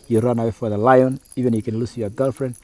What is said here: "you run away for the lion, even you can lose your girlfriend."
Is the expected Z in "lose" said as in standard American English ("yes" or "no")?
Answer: no